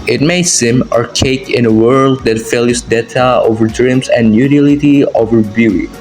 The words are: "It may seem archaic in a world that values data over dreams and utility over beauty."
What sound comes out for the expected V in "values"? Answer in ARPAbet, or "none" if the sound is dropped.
F